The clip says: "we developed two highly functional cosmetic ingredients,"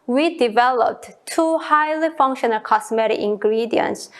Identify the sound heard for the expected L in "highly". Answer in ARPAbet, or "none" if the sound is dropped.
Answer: L